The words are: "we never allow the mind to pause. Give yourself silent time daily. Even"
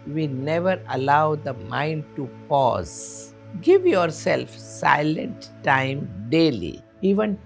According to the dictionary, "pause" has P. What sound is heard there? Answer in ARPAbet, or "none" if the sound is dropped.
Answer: P